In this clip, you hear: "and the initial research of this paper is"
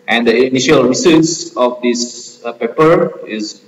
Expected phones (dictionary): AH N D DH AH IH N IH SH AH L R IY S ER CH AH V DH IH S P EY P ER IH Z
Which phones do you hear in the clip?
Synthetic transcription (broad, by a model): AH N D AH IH N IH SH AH L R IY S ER S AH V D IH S P EY P ER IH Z